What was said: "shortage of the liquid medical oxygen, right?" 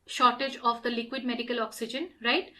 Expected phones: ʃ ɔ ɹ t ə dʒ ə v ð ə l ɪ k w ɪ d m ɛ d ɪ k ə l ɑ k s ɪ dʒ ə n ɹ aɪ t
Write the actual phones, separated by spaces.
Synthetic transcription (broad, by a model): ʃ ɔ ɹ t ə dʒ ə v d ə l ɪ k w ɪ d m ɛ d ɪ k ə l ɑ k s ɪ dʒ ə n ɹ aɪ t